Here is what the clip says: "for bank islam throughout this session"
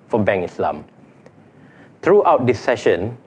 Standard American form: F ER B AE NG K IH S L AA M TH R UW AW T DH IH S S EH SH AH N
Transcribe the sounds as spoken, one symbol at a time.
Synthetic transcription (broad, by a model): F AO B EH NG IH S L AA M T R UW AW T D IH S S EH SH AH N